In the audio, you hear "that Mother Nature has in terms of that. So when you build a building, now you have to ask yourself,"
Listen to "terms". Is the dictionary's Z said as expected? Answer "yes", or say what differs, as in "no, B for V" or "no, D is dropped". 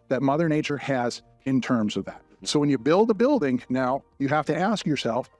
yes